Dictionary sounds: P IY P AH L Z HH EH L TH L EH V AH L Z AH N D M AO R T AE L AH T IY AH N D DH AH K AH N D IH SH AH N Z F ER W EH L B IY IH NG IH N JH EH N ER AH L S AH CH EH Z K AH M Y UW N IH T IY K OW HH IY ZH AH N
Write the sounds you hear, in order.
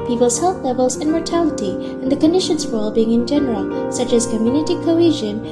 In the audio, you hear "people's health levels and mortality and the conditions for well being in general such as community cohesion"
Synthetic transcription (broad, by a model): P IY P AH L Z HH EH L TH L EH V AH L Z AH N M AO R T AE L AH T IY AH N DH AH K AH N D IH SH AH N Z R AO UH L B IY IH NG IH N JH EH N ER AH L S AH CH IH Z K AH M Y UW N IH T IY K OW HH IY ZH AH N